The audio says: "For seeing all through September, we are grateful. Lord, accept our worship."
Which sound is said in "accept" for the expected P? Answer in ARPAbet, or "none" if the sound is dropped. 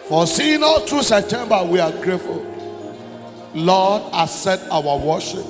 none